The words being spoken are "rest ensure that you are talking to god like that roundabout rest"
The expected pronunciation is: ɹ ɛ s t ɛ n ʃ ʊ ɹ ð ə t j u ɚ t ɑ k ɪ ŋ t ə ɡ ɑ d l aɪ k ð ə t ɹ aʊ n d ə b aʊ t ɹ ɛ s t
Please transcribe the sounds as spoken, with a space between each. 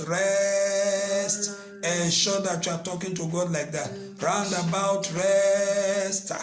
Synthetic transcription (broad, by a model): ɹ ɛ s t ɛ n ʃ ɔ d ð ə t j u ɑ t ɑ k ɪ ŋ t ə ɡ ɑ d l aɪ k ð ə t ɹ aʊ n d ə b aʊ t ɹ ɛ s t